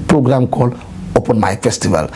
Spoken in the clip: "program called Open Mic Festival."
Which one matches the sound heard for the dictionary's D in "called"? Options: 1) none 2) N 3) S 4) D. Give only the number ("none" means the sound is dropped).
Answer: 1